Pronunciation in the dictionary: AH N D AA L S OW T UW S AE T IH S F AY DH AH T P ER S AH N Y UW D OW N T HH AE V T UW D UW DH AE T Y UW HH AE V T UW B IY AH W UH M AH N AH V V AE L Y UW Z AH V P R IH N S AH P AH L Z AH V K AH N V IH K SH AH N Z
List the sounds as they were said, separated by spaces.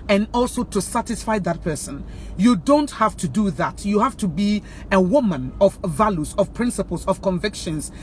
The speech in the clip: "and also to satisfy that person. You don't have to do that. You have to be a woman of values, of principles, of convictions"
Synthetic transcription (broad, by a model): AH N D AA L S OW T UW S AE T IH S F AY DH AH T P ER S AH N Y UW D OW N T HH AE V T UW D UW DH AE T Y UW HH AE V T UW B IY AH W UH M AH N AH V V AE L Y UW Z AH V P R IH N S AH P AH L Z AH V K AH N V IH K SH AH N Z